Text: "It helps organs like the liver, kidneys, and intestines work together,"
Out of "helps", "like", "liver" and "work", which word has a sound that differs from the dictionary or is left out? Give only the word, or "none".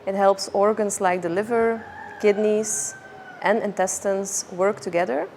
none